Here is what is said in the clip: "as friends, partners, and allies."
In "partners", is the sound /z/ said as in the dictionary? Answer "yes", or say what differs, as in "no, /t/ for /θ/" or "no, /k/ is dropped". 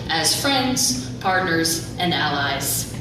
yes